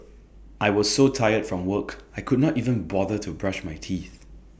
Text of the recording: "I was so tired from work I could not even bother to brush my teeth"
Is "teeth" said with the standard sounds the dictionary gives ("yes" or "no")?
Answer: yes